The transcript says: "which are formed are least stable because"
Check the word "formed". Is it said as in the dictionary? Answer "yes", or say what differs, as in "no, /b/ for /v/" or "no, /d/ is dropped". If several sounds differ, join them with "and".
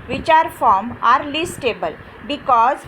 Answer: no, /d/ is dropped